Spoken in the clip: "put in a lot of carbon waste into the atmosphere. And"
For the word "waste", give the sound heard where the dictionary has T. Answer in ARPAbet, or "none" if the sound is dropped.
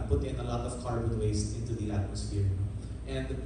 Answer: none